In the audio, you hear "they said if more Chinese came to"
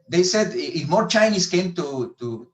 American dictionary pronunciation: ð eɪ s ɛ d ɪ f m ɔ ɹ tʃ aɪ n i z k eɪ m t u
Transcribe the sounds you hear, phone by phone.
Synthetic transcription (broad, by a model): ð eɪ s ɛ d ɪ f m ɔ ɹ tʃ aɪ n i s k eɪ m t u